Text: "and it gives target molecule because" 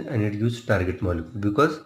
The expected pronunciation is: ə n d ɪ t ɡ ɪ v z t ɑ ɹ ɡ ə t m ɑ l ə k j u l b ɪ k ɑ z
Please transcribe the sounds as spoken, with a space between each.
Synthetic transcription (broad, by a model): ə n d ɪ t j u z t ɑ ɹ ɡ ə t m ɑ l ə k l b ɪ k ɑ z